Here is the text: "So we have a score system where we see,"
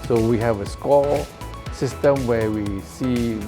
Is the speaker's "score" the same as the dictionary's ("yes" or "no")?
no